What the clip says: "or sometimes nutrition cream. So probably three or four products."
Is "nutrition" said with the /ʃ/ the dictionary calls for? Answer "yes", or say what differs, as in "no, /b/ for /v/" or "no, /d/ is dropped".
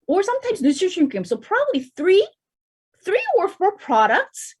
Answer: no, /ʃ/ is dropped